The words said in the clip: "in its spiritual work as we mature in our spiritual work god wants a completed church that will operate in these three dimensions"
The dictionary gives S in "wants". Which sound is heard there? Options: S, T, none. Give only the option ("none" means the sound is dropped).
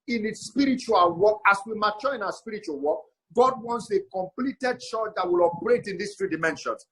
S